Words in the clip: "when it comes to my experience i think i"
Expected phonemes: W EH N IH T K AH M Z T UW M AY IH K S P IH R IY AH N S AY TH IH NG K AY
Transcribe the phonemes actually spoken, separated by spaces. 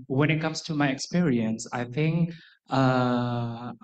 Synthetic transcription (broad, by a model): W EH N IH T K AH M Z T UW M AY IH K S P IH R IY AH N S AY TH IH NG K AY